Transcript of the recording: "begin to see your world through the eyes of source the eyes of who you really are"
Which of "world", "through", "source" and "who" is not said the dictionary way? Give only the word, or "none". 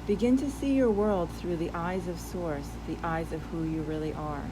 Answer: none